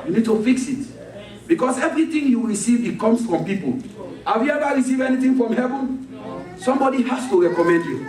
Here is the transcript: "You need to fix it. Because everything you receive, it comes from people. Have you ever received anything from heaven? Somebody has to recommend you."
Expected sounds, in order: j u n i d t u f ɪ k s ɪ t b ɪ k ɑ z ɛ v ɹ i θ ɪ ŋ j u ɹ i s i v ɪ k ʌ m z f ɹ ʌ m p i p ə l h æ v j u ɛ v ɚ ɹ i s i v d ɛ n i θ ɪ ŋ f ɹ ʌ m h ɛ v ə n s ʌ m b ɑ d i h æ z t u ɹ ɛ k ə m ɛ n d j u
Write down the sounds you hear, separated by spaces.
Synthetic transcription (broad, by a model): j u n i d t u f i k s ɪ t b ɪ k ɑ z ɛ v ɹ i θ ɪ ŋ j u ɹ i s i v ɪ k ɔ m s f ɹ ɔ m p i p ə l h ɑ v j u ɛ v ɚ ɹ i s i v ɛ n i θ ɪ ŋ f ɹ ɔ m h ɛ v ə n s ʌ m b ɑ d i h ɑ s t u ɹ ɛ k ə m ɛ n d j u